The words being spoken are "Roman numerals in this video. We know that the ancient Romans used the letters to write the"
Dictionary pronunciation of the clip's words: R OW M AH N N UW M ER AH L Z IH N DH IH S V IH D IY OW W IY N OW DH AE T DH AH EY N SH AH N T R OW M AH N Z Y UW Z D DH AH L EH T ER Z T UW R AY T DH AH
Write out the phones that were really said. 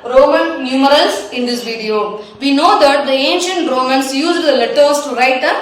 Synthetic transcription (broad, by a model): R OW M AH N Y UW M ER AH L S IH N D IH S V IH D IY OW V IY N OW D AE T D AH EY N SH AH N T R OW M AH N S Y UW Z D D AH L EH T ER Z T UW R AY T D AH